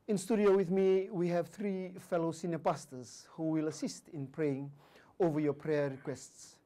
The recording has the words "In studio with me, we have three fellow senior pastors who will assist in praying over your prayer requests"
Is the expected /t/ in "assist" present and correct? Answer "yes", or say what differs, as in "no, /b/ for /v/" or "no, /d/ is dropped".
yes